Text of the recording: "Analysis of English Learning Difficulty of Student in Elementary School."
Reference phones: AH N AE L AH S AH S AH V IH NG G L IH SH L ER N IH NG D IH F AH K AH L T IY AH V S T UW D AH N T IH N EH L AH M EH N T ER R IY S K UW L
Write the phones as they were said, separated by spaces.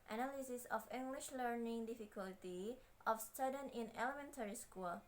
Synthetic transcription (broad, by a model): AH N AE L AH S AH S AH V IH NG G L IH SH L ER N IH NG D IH F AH K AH L T IY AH F S T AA D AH N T IH N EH L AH M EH N T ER R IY S K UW L